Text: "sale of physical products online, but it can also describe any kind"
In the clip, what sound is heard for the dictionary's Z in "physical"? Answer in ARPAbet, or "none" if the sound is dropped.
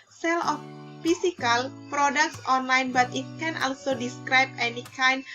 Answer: S